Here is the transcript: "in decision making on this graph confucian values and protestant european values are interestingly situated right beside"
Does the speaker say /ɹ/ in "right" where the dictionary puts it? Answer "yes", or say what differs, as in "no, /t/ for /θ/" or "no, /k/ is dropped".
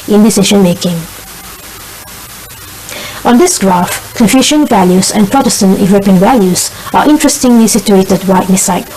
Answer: no, /w/ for /ɹ/